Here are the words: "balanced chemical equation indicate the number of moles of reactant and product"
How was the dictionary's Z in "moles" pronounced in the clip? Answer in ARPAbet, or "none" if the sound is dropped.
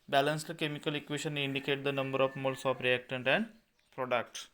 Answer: S